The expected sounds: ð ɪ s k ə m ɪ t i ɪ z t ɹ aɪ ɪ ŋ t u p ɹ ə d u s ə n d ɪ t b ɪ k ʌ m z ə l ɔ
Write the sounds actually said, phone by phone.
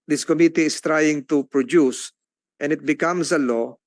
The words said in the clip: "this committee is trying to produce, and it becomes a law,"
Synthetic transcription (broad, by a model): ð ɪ s k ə m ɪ t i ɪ s t ɹ aɪ ɪ ŋ t u p ɹ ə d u s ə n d ɪ t b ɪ k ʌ m s ə l ɔ